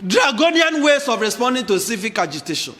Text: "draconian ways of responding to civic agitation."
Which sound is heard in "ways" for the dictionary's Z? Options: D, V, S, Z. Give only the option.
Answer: S